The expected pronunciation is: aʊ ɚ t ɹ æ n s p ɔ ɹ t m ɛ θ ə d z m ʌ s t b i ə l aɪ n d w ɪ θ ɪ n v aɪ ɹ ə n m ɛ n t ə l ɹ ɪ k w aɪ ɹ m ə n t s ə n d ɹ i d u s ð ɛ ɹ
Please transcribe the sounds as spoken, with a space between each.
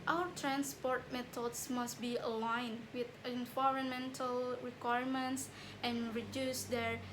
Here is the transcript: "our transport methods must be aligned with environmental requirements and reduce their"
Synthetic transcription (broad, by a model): aʊ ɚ t ɹ æ n s p ɔ ɹ t m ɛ t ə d s m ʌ s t b i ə l aɪ n w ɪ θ ɪ n v aɪ ɹ ə n m ɛ n t ə l ɹ ɪ k w aɪ ɹ m ə n t s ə n ɹ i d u s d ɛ ɹ